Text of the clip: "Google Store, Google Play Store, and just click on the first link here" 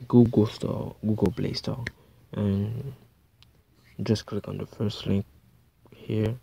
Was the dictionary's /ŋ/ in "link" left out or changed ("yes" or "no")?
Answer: no